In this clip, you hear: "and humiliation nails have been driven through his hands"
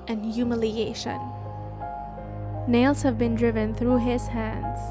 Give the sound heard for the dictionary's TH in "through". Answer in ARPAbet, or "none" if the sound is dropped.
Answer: TH